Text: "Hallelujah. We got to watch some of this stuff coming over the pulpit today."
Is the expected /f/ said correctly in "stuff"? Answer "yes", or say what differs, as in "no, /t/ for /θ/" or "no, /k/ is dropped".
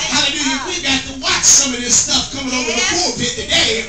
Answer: yes